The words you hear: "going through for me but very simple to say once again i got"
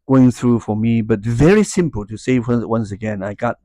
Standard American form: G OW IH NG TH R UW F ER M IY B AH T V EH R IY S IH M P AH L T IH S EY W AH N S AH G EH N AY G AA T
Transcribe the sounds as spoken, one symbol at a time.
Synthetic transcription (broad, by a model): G OW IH NG TH R UW F ER M IY B AH T V EH R IY S IH M P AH L T IH S EY W AH N S AH G EH N AY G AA T